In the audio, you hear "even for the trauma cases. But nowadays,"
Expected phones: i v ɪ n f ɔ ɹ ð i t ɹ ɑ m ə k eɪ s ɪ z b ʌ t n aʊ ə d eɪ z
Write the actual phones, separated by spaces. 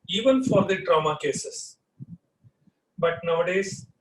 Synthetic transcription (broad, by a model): i v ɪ n f ɔ ɹ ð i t ɹ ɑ m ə k eɪ s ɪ s b ʌ t n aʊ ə d eɪ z